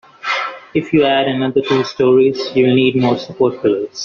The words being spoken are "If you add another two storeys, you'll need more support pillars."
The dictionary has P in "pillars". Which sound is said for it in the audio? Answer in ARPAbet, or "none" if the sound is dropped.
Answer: F